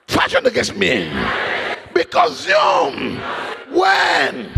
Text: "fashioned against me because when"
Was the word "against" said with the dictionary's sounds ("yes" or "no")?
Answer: no